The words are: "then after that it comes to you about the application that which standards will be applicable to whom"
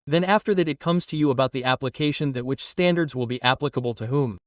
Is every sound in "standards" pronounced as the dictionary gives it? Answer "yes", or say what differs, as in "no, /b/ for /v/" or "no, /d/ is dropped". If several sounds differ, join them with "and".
yes